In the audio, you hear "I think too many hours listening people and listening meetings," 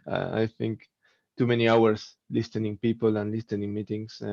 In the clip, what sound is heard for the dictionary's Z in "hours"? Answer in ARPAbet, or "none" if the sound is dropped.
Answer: S